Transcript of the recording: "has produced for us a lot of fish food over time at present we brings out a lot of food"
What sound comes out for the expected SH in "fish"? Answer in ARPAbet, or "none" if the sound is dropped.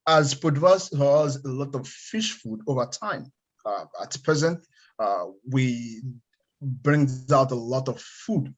SH